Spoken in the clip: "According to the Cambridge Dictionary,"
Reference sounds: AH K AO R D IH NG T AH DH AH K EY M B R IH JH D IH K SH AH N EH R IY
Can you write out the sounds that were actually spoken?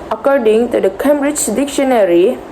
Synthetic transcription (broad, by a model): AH K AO R D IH NG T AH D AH K EY M B R IH JH D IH K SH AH N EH R IY